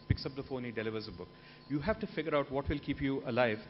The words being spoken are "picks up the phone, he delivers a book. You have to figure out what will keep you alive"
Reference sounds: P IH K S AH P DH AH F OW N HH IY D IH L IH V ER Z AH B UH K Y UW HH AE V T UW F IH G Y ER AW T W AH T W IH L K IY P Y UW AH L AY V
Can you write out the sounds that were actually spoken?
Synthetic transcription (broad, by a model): P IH K S AH P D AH F OW N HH IY D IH L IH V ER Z AH B UH K Y UW HH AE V T UW F IH G Y ER AW T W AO T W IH L K IY P Y UW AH L AY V